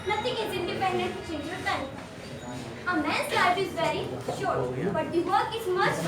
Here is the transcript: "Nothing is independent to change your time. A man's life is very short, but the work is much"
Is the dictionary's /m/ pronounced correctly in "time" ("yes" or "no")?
no